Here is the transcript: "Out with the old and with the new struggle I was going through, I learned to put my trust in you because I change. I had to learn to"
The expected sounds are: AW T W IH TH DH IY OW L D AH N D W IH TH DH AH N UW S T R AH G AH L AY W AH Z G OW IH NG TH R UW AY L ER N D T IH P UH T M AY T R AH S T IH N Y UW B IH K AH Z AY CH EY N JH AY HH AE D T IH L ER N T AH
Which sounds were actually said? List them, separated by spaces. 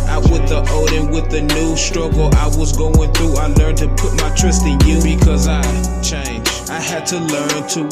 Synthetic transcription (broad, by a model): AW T W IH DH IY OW D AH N W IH DH AH N UW S T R AH G L AY W AH Z G OW IH NG TH R UW AY L ER N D T IH P UH T M AY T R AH S T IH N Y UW B IH K AH Z AY CH EY N JH AY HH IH D T IH L ER N T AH